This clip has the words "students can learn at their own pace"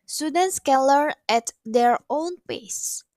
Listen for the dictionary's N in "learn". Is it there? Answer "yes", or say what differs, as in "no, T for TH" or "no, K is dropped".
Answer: no, N is dropped